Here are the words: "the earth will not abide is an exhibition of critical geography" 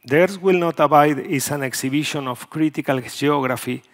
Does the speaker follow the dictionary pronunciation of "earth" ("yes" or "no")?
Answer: no